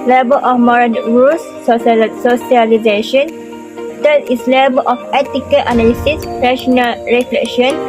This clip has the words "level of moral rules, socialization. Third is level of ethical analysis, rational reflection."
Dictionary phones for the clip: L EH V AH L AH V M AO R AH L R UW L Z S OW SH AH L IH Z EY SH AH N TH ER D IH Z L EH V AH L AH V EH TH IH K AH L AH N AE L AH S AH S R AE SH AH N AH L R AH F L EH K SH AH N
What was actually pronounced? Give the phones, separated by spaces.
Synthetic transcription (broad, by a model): L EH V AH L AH F M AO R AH N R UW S S OW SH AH L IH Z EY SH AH N T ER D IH S L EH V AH L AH F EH T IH K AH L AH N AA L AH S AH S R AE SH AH N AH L R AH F L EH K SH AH N